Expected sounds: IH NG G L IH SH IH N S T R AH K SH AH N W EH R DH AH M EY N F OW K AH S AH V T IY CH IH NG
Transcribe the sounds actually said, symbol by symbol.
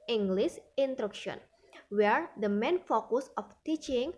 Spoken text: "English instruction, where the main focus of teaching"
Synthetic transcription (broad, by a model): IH NG G L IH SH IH N T R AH K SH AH N W EH R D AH M EY N F OW K AH S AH F T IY CH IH NG